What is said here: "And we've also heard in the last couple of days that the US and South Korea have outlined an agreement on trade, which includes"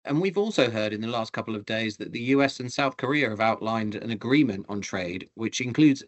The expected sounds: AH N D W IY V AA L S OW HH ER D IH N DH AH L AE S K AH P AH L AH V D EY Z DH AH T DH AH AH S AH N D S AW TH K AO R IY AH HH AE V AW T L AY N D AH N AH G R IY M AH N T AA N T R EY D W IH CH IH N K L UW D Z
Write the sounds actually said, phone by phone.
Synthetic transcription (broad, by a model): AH N W IY V AA L S OW HH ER D IH N DH AH L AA S K AH P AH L AH V D EY Z DH AH T DH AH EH S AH N S AW TH K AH R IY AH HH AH V AW T L AY N D AH N AH G R IY M AH N T N T R EY D W IH CH IH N K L UW D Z